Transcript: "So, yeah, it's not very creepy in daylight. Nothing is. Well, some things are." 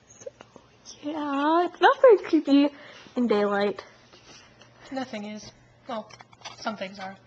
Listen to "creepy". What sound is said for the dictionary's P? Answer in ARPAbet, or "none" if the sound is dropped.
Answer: B